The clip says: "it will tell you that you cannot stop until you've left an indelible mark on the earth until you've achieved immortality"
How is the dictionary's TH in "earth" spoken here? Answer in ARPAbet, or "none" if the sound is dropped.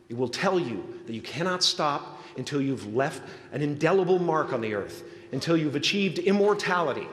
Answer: TH